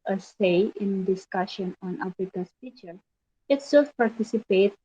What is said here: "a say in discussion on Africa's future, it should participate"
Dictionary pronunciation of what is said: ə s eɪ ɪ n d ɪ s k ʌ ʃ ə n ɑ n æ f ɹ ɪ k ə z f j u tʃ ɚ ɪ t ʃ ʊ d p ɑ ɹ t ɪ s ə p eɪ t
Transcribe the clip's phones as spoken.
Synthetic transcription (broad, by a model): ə s eɪ ɪ n d ɪ s k ʌ ʃ ə n ɑ n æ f ɹ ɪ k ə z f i tʃ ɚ ɪ t s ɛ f p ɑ ɹ t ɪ s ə p eɪ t